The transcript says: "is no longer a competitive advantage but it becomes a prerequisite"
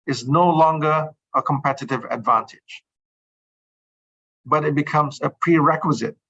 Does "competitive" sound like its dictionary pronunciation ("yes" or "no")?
yes